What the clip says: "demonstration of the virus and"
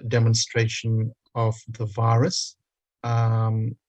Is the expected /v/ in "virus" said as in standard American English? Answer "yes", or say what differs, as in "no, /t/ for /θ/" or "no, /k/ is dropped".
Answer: yes